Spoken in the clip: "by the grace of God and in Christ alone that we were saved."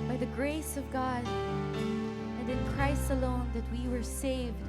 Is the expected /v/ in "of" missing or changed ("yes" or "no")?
no